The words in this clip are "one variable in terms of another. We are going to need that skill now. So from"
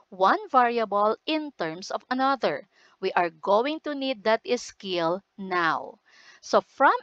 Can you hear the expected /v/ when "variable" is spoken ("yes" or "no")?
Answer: yes